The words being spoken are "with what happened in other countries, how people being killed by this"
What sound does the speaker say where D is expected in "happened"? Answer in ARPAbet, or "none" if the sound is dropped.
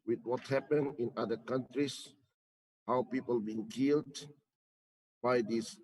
none